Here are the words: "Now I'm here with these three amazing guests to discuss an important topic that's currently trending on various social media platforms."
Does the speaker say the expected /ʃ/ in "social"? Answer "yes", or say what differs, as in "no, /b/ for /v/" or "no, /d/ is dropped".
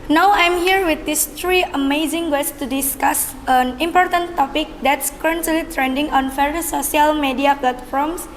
no, /ʃ/ is dropped